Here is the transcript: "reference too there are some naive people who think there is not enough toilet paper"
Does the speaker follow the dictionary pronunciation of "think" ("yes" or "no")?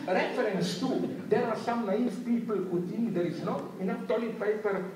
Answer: no